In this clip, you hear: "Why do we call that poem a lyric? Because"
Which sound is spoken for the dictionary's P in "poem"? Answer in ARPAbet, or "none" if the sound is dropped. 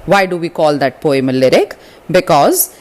P